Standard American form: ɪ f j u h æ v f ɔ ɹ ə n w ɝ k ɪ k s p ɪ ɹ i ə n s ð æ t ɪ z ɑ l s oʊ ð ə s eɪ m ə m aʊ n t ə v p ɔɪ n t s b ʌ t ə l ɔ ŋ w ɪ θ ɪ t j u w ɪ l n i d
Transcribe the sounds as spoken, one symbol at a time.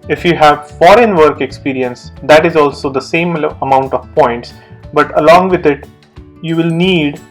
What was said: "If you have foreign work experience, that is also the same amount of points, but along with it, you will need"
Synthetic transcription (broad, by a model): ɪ f j u h æ v f ɔ ɹ ə n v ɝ k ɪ k s p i ɹ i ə n s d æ t ɪ z ɑ l s oʊ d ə s eɪ m ə m aʊ n t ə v p ɔɪ n t s b ʌ t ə l ɔ ŋ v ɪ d ɪ t j u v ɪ l n i d